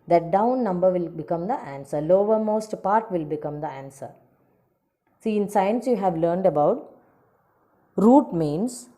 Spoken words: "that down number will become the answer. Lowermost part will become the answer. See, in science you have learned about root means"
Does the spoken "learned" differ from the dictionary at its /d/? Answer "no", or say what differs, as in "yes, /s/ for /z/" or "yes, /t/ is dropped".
no